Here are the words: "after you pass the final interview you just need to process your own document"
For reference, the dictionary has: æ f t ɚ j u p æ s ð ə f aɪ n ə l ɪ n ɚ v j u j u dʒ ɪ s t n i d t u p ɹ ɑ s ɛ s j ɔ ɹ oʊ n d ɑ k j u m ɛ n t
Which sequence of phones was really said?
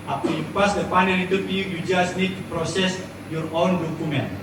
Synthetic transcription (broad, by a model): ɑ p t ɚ j u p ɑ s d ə p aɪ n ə n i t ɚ p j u j u dʒ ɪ s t n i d t u p ɹ ɑ s ɛ s j ɔ ɹ oʊ n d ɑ k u m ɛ n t